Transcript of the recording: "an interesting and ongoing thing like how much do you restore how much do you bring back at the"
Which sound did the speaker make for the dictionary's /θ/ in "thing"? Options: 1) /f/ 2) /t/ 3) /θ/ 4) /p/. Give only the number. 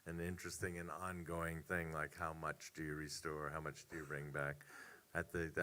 3